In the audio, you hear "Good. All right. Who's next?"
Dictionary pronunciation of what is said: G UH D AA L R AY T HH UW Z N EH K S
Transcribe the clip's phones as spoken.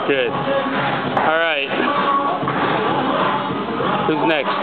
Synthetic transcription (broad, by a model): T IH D AA L R AY T HH UW Z N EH K S